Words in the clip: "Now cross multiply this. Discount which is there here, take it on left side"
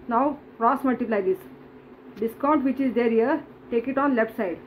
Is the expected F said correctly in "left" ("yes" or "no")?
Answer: no